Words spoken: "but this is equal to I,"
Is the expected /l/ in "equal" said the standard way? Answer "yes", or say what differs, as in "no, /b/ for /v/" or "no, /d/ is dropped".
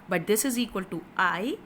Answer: yes